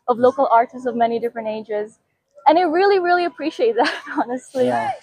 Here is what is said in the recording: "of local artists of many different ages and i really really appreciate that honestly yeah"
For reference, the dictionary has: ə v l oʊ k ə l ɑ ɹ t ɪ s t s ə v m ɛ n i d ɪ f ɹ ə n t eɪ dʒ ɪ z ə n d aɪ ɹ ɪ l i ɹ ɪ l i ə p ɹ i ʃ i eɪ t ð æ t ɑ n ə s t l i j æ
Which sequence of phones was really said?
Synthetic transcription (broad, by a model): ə v l oʊ k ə l ɑ ɹ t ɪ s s ə v m ɛ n i d ɪ f ɹ ə n t eɪ dʒ ɪ z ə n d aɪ ɹ ɪ l i ɹ ɪ l i ə p ɹ i ʃ i eɪ t ð æ t ɑ n ə s t l i